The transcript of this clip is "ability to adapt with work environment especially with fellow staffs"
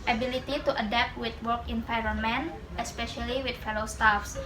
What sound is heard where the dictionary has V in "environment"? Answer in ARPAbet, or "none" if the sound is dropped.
P